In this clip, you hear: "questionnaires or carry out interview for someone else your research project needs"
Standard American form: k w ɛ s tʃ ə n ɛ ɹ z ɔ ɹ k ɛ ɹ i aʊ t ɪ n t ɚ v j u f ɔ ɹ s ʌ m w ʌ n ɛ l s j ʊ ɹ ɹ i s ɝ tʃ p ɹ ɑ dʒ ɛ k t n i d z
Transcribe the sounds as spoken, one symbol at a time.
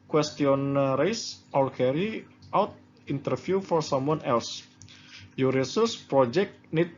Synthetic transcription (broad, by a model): k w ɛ s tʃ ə n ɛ ɹ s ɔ l k ɛ ɹ i aʊ t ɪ n t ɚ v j u f ɔ ɹ s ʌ m w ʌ n ɛ l s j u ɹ ɹ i s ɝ s p ɹ ɑ dʒ ɛ k t n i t